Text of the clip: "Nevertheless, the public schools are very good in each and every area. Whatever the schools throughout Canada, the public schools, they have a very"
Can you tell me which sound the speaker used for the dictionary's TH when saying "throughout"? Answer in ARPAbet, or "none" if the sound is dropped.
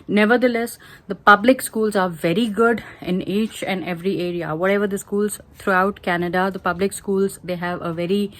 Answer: T